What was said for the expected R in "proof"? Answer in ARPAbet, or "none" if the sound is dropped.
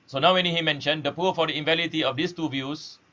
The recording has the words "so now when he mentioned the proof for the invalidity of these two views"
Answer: none